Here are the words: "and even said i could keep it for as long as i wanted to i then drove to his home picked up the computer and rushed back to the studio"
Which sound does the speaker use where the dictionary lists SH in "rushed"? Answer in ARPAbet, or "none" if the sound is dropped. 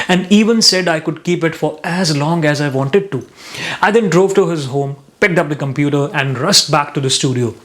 S